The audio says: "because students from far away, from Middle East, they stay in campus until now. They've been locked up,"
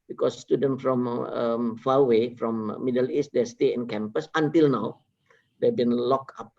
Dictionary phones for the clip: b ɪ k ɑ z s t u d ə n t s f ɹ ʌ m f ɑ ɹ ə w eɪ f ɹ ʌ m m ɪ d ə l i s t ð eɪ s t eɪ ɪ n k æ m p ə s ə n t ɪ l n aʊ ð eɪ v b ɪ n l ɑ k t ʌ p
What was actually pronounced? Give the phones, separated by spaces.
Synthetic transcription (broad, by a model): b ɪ k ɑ s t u d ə n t f ɹ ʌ m f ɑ w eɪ f ɹ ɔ m m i d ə l i s t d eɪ s t eɪ ɪ n k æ m p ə s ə n t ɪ l n aʊ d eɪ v b ɪ n l ɑ k ɑ p